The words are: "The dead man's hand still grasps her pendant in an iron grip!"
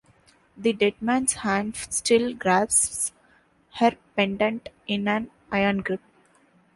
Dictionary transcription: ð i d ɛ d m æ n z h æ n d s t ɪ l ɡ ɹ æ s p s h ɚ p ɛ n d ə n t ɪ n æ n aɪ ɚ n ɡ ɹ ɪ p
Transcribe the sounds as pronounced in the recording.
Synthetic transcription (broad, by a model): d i d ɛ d m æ n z h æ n s t ɪ l ɡ ɹ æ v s h ɚ p ɛ n d ə n t ɪ n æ n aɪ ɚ n ɡ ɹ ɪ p